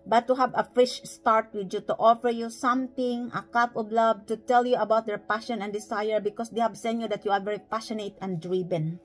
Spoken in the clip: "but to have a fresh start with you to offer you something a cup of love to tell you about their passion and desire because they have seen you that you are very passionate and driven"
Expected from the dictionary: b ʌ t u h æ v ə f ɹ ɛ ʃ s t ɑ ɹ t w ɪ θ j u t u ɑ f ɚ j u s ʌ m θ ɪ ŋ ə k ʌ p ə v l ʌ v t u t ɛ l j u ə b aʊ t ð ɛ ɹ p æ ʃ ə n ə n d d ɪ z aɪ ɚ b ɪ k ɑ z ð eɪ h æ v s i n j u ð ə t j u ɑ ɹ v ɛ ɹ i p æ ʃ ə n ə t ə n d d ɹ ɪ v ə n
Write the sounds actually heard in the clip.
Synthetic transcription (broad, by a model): b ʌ t u h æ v ə f ɪ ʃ s t ɑ ɹ t w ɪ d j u t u ɑ f ɚ j u s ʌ m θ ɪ ŋ ə k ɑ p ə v l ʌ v t u t ɛ l j u ə b aʊ t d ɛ ɹ p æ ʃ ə n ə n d d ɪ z aɪ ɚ b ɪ k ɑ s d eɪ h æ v s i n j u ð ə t j u ɑ ɹ v ɛ ɹ i p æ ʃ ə n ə t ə n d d ɹ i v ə n